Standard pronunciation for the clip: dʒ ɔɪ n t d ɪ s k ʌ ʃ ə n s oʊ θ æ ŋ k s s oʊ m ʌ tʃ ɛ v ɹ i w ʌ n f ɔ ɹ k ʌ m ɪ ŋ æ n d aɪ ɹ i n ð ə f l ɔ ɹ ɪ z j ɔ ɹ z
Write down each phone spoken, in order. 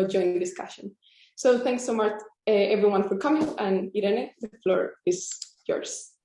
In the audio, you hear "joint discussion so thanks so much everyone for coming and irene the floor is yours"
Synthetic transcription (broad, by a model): dʒ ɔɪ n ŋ d ɪ s k ʌ ʃ ə n s oʊ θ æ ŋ k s s oʊ m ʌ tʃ ɛ v ɹ i w ʌ n f ɔ ɹ k ʌ m ɪ ŋ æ n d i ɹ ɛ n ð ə f l ɔ ɹ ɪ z j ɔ ɹ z